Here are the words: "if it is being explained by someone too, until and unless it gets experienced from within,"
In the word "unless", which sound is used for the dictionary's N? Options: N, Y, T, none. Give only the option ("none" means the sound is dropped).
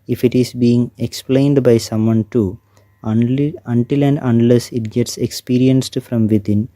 N